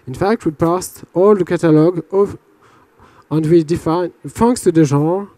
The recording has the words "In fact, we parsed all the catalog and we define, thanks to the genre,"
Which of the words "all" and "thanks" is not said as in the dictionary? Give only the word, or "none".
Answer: thanks